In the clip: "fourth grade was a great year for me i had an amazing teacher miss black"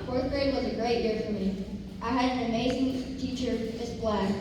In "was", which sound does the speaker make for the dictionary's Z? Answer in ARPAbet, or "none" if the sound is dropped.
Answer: Z